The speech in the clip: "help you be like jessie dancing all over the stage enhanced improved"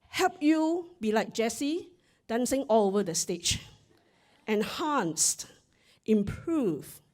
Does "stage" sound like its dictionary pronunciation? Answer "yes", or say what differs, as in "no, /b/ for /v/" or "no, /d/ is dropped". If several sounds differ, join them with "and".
no, /tʃ/ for /dʒ/